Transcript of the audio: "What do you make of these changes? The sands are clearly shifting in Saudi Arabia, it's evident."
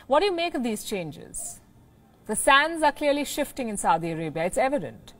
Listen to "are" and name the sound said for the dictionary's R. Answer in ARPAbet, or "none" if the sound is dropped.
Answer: R